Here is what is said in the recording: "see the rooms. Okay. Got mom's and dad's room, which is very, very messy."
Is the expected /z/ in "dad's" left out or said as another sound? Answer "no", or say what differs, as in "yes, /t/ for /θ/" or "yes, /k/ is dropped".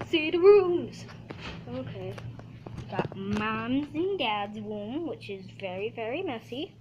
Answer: no